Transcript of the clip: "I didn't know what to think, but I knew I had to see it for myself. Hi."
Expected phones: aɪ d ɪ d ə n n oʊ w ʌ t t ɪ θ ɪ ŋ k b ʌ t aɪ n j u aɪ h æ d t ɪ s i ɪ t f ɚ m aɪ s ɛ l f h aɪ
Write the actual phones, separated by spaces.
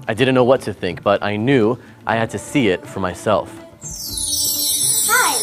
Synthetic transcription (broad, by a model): aɪ d ɪ d n n oʊ w ʌ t t ɪ θ ɪ ŋ k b ʌ t aɪ n j u aɪ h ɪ d t ɪ s i ɪ t f ɚ m aɪ s ɛ l f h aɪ